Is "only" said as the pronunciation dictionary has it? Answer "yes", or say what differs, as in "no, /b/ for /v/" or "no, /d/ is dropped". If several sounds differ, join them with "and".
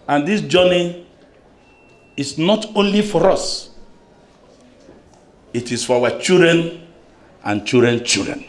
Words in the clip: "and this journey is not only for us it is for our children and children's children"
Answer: yes